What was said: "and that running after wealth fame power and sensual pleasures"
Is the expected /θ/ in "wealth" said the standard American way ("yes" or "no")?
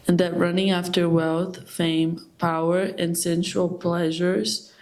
yes